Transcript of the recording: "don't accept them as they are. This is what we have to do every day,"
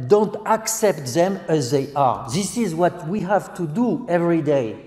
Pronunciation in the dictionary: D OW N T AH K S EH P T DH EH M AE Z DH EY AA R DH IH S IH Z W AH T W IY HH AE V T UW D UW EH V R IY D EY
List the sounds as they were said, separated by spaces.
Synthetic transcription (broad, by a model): D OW N T AH K S EH P T DH EH M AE Z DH EY AA R DH IH S IH Z W AH T W IY HH AE V T UW D UW EH V R IY D EY